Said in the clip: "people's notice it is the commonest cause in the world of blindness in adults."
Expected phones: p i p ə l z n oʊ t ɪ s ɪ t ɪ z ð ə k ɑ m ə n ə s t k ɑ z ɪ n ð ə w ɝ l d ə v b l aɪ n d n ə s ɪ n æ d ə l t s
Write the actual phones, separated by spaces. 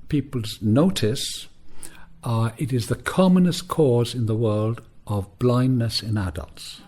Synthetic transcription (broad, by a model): p i p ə l z n oʊ t ɪ s ɪ t ɪ z ð ə k ɑ m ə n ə s k ɑ z ɪ n ð ə w ɝ l d ə v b l aɪ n n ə s ɪ n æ d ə l t s